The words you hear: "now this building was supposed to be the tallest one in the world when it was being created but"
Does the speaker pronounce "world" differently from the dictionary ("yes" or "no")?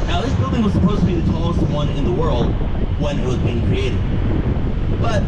no